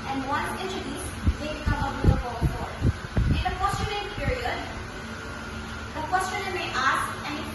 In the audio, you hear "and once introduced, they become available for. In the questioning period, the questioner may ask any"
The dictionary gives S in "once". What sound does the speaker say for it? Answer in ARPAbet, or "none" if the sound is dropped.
none